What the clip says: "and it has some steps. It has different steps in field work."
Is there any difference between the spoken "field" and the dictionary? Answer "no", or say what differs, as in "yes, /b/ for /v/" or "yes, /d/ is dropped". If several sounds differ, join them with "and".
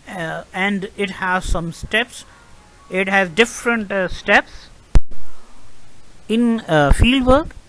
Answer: no